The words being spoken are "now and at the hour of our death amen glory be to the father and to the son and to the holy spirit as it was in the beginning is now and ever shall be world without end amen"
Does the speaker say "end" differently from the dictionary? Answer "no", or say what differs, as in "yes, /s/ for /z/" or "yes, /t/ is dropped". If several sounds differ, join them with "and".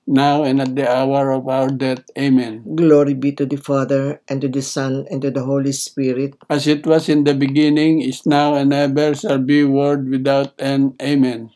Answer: yes, /d/ is dropped